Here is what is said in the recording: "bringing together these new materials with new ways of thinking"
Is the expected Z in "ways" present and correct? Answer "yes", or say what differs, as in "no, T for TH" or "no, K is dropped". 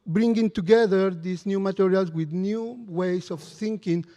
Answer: no, S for Z